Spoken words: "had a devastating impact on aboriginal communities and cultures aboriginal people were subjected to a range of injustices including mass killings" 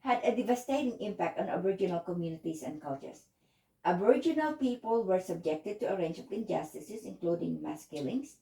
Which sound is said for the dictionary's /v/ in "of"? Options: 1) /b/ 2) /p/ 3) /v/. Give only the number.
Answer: 2